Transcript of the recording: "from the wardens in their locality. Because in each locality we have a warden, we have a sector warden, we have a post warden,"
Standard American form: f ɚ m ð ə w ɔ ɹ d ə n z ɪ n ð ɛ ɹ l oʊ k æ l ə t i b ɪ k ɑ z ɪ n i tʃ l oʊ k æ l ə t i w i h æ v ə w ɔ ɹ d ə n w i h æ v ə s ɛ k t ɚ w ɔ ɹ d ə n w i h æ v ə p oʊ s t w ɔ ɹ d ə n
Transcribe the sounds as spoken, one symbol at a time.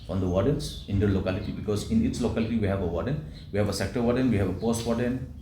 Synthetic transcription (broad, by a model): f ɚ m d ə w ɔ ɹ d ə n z ɪ n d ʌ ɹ l oʊ k æ l ə t i b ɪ k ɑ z ɪ n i s l oʊ k æ l ə t i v i h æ v ə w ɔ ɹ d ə n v i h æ v ə s ɛ k t ɚ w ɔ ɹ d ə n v i h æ v ə p oʊ s t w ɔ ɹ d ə n